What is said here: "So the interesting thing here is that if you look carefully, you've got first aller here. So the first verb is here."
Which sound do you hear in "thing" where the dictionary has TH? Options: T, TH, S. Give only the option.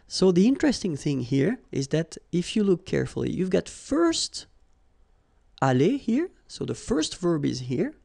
TH